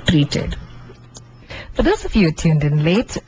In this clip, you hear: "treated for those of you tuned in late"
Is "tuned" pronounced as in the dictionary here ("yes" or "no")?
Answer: yes